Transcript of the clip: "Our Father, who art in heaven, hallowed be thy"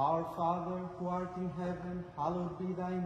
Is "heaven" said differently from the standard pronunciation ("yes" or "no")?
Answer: yes